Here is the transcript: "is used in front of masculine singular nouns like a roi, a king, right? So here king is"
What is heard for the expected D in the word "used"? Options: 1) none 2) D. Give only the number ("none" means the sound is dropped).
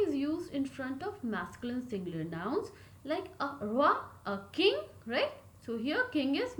2